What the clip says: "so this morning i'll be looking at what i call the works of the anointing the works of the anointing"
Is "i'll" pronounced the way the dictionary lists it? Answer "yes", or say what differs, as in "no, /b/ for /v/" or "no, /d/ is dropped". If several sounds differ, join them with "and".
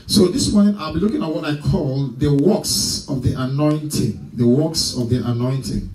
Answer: yes